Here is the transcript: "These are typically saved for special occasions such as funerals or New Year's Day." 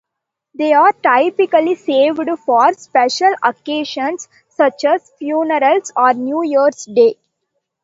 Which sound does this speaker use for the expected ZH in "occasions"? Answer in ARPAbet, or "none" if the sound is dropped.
SH